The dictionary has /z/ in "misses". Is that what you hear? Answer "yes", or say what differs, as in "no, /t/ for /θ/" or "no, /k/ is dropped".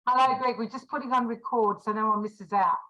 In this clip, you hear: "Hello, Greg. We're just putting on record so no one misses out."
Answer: yes